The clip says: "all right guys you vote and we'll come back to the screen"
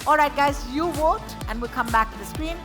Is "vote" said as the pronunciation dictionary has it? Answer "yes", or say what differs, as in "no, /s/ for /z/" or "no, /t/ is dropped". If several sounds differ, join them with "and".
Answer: no, /w/ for /v/